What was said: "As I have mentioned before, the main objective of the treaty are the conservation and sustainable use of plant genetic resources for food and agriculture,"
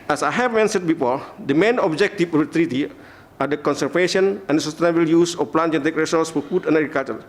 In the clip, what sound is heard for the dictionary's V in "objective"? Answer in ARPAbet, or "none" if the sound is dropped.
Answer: F